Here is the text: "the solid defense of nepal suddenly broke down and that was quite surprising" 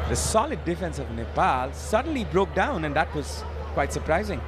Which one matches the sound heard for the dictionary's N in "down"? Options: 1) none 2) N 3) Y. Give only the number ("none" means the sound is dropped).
2